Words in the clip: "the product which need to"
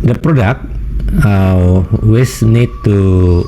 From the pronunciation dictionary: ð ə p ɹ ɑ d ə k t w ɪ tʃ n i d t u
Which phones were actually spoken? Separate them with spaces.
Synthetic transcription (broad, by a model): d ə p ɹ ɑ d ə k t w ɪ s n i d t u